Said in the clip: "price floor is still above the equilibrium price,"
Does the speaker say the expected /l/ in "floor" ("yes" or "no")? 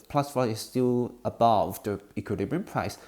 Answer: no